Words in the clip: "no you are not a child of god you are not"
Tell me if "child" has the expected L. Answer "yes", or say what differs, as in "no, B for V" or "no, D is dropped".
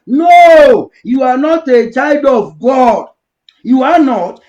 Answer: yes